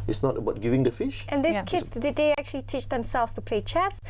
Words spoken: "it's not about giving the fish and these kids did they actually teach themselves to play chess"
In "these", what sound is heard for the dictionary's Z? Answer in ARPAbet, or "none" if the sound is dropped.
none